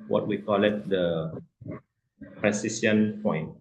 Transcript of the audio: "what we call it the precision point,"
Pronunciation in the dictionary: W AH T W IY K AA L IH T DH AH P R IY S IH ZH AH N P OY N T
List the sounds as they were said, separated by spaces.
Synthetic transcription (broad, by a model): W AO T W IY K AA L IH T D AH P R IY S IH S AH N P OY N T